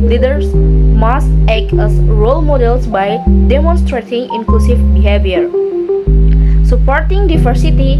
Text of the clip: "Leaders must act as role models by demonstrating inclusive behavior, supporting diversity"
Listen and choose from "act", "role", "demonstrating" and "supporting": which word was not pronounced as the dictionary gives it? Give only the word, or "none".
act